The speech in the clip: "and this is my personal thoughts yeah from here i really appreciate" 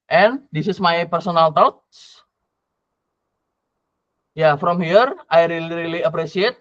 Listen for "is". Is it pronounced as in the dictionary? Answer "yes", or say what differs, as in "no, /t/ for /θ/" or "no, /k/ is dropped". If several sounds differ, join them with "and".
no, /s/ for /z/